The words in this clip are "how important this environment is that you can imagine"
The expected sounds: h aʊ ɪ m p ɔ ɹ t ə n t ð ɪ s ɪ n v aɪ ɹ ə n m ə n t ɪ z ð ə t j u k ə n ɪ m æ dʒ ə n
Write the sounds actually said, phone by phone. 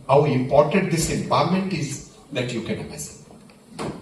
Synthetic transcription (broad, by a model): h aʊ ɪ m p ɔ ɹ t ə n t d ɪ s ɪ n p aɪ l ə m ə n t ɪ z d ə t j u k ə n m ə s